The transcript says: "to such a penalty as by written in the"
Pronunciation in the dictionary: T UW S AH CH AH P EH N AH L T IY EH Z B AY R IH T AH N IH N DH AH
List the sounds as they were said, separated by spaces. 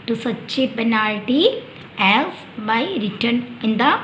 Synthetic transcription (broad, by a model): T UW S AH CH AH B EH N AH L T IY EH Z B AY R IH T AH N IH N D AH